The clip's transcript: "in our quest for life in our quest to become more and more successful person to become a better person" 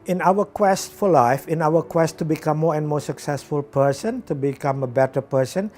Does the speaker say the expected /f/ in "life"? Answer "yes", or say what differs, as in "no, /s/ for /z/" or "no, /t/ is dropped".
yes